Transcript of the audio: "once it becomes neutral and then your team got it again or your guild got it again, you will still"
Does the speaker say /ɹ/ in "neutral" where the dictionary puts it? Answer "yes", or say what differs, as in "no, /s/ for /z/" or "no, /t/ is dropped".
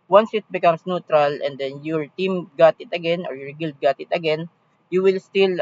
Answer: yes